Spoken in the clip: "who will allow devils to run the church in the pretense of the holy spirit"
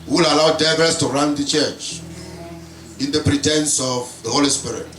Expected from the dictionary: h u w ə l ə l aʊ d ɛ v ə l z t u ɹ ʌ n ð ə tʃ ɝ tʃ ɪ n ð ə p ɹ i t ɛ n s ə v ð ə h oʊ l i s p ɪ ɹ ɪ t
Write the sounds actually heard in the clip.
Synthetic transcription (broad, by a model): w ə l ə l aʊ d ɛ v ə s t u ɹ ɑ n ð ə tʃ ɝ tʃ ɪ n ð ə p ɹ i t ɛ n s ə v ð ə h oʊ l i s p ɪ ɹ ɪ t